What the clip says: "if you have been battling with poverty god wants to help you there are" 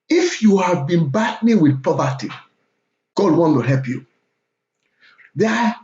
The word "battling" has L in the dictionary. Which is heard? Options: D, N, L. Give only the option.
N